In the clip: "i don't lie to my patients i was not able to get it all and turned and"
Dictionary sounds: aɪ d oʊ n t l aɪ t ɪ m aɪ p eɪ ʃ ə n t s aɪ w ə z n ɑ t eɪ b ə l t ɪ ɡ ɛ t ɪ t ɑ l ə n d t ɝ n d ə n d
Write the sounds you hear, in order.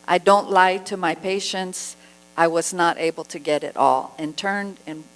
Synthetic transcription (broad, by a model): aɪ d oʊ n t l aɪ t ɪ m aɪ p eɪ ʃ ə n t s aɪ w ə z n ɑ t eɪ b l t ɪ ɡ ɛ t ɪ t ɑ l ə n t ɝ n d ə n